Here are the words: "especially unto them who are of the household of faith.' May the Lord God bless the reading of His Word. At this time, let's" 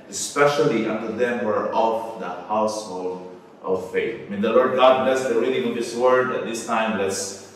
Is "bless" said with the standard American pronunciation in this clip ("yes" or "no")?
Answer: yes